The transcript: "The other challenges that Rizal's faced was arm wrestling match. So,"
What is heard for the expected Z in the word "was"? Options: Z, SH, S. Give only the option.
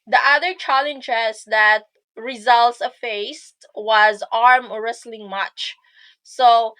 Z